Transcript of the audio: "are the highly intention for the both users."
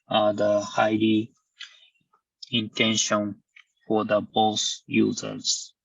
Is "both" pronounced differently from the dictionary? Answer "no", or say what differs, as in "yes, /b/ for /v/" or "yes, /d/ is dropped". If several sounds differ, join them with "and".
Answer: yes, /s/ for /θ/